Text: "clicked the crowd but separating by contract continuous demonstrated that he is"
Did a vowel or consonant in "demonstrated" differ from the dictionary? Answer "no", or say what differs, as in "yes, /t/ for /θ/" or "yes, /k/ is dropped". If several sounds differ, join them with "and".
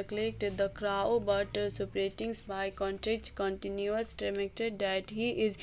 yes, /ɹ/ is dropped